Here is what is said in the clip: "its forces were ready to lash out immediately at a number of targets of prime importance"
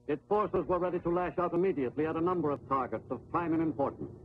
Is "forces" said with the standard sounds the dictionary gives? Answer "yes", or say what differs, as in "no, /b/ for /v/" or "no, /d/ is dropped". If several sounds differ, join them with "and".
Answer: yes